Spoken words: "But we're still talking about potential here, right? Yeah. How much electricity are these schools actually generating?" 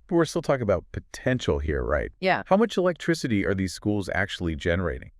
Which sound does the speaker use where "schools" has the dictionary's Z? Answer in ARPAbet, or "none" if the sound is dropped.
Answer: Z